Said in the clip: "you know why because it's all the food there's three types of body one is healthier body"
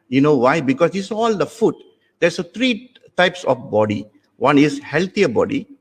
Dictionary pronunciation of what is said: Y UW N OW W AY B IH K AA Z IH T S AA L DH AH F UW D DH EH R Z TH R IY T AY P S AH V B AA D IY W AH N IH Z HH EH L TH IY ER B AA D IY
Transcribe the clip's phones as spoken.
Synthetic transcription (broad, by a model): Y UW N OW W AY B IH K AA S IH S AA L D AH F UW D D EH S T R IY T AY P S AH F B AA D IY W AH N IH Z HH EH L T IY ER B AA D IY